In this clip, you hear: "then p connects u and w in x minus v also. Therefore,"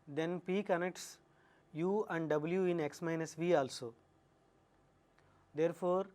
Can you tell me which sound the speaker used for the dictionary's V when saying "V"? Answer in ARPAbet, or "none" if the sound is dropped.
V